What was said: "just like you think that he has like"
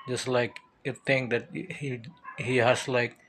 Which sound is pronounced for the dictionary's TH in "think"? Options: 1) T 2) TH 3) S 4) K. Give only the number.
1